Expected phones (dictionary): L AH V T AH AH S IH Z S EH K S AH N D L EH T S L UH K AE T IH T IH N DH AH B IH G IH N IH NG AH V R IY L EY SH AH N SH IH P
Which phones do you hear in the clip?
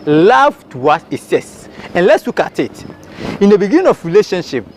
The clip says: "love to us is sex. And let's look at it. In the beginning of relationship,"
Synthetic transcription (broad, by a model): L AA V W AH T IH S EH S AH N L EH T S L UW K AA T IH T IH N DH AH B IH G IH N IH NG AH F R IY L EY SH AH N SH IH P